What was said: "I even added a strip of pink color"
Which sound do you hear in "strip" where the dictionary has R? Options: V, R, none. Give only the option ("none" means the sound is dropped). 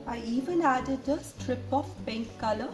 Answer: R